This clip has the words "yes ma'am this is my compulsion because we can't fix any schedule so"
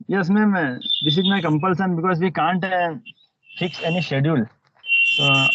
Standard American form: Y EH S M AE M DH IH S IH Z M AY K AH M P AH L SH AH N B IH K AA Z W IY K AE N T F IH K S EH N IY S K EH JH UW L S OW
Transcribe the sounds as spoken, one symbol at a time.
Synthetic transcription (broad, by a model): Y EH S M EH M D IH S IH Z M AY K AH M P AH L S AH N B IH K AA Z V IY K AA N T F IH K S EH N IY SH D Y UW L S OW